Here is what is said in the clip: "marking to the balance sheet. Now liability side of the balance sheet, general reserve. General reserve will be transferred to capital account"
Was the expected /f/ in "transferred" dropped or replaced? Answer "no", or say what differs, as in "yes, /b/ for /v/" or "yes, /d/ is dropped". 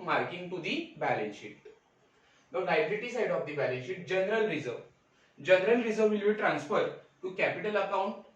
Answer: no